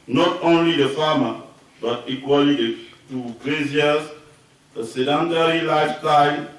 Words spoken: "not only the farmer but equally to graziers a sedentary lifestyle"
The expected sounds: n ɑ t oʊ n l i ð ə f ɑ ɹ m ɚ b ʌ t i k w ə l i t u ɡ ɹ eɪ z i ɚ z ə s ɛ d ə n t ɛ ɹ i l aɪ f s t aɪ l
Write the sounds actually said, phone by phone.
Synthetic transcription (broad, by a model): n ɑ t oʊ n l i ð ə f ɑ m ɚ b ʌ t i k w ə l i t u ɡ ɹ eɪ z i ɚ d ə s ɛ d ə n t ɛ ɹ i l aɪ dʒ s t aɪ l